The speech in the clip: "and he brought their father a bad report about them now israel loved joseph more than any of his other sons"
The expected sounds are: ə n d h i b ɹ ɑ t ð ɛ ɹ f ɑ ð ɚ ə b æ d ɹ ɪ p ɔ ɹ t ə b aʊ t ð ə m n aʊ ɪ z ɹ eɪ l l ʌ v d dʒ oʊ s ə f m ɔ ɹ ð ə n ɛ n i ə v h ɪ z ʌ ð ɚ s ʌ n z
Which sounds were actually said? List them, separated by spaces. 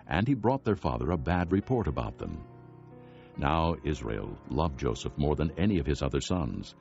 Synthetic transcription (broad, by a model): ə n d i b ɹ ɑ t ð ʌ ɹ f ɑ ð ɚ ə b æ d ɹ ɪ p ɔ ɹ t ə b aʊ t ð ə m n aʊ ɪ z ɹ eɪ l l ʌ v dʒ oʊ s ə f m ɔ ɹ ð ə n ɛ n i ə v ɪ z ʌ ð ɚ s ʌ n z